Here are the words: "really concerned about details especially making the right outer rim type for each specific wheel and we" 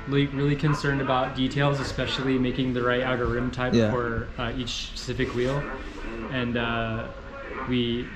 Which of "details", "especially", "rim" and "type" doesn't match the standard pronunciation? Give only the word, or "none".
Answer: none